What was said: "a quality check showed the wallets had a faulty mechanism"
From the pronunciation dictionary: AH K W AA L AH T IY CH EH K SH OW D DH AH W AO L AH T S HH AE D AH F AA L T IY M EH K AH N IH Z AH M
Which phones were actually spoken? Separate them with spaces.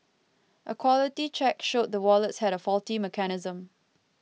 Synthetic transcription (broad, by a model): AH K W AA L AH T IY CH EH K SH OW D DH AH W AO L AH T S HH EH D AH F AA L T IY M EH K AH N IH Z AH M